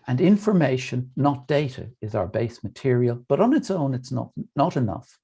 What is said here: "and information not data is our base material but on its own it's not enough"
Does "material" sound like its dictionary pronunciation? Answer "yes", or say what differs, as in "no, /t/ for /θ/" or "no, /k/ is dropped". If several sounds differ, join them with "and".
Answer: yes